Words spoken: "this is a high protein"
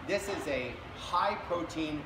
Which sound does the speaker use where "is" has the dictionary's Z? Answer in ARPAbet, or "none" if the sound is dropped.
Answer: Z